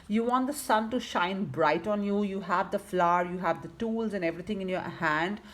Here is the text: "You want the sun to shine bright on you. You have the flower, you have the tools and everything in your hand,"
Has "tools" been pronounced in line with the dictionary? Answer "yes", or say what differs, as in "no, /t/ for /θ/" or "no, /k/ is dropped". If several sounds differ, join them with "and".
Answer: yes